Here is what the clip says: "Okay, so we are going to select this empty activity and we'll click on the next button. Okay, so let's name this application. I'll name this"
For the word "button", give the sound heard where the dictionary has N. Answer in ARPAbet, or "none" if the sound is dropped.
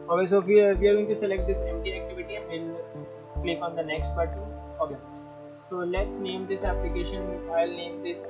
none